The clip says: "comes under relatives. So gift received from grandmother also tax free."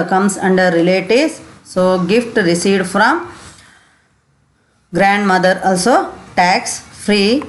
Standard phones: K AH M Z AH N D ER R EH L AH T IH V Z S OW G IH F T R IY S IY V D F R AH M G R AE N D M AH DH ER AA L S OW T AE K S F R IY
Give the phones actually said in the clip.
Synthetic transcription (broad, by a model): K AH M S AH N D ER R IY L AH T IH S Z S OW G IH F T R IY S IY D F R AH M G R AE N D M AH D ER AA L S OW T AE K S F R IY